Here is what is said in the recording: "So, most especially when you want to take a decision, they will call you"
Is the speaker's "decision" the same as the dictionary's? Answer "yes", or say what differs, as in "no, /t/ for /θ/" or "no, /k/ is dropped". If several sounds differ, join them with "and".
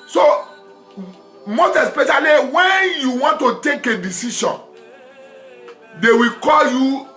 no, /ʃ/ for /ʒ/